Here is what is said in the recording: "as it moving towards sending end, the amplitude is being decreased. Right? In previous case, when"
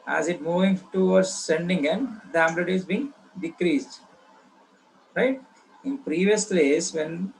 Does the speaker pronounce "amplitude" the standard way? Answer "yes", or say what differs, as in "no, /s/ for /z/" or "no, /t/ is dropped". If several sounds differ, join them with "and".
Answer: no, /b/ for /p/